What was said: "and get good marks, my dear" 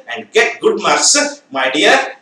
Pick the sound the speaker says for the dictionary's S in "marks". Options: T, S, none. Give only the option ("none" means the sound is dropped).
S